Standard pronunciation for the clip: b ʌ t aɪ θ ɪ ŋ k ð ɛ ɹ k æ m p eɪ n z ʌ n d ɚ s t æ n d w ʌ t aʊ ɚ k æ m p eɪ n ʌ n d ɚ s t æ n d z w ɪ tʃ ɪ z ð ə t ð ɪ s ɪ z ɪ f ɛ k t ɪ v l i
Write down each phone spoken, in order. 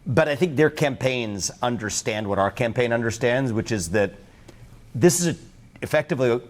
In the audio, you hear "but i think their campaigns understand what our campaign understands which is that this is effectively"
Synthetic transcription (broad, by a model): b ʌ t aɪ θ ɪ ŋ k ð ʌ ɹ k æ m p eɪ n z ʌ n d ɚ s t æ n d w ʌ t aʊ ɚ k æ m p eɪ n ʌ n d ɚ s t æ n d z w ɪ tʃ ɪ z ð ə t ð ɪ s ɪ z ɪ f ɛ k t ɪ v l i